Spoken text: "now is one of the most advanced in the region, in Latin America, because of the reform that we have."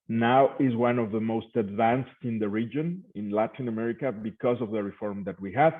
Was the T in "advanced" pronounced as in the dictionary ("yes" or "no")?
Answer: yes